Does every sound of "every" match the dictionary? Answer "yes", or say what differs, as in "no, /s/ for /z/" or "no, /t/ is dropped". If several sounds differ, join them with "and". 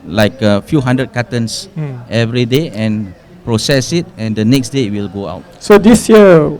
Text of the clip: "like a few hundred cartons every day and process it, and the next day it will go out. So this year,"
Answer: yes